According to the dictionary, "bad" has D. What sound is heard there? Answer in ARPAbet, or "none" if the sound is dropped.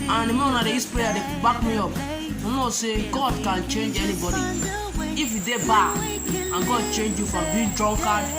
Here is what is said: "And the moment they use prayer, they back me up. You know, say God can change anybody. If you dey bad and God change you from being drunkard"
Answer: none